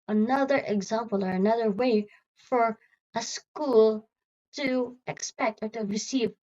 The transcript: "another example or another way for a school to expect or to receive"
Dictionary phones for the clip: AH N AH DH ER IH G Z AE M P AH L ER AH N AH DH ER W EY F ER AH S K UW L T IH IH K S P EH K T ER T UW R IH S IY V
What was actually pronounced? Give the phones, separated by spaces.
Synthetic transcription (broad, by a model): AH N AH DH ER IH G Z AE M P AH L ER AH N AH DH ER W EY F ER AH S K UW L T IH IH K S P EH K T ER T UW R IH S IY V